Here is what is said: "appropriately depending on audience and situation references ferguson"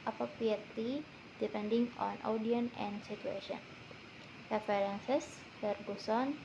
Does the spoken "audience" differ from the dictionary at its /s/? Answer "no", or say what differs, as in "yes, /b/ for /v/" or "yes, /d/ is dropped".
yes, /s/ is dropped